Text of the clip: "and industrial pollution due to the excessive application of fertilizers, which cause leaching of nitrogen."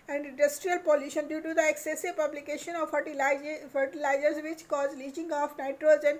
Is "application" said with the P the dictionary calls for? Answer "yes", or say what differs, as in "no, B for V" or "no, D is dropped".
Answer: no, B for P